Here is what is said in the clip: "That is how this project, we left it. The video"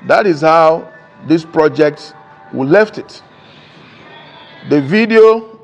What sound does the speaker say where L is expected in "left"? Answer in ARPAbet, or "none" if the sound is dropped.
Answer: L